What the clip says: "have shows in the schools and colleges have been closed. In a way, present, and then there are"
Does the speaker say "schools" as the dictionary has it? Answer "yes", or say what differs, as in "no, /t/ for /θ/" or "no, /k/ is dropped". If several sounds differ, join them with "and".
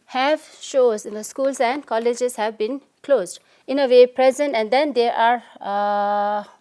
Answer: no, /s/ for /z/